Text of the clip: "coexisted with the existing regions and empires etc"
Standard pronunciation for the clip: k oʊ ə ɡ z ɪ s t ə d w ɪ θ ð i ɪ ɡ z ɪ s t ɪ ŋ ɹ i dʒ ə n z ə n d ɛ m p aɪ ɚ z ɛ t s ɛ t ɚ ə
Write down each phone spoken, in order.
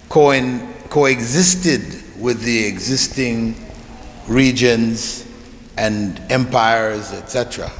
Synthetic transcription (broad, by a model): k oʊ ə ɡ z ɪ s t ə d w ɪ ð i ɪ ɡ z ɪ s t ɪ ŋ ɹ i dʒ ə n z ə n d ɛ m p aɪ ɚ z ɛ t s ɛ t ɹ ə